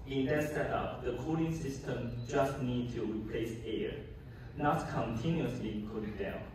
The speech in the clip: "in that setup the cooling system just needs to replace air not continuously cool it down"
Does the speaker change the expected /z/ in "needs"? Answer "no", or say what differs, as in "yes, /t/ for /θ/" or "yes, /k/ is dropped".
yes, /z/ is dropped